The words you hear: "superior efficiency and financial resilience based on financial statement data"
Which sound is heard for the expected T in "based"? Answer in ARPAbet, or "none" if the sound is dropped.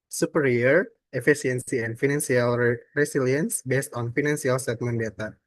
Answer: T